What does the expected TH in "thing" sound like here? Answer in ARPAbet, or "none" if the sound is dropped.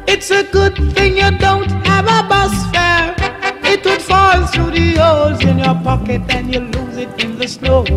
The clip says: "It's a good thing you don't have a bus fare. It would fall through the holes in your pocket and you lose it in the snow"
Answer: TH